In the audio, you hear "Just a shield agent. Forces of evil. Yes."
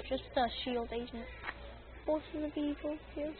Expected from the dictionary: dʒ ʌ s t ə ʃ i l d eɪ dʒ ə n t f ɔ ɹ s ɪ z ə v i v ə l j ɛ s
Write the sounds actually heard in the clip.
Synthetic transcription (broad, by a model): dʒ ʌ s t ə ʃ i l d eɪ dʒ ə n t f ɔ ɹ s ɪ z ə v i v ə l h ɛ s